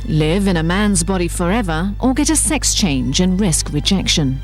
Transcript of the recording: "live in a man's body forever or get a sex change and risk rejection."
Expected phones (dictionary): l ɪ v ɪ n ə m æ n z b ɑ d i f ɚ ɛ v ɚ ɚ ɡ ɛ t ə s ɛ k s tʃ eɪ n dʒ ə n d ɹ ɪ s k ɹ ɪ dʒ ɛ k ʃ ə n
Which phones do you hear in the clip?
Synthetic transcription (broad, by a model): l ɪ v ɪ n ə m æ n z b ɑ d i f ɚ ɛ v ɚ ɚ ɡ ɛ t ə s ɛ k s tʃ eɪ n dʒ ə n ɹ ɪ s k ɹ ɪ dʒ ɛ k ʃ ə n